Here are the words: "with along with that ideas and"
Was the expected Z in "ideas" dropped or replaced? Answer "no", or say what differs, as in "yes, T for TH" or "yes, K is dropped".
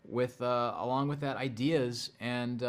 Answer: no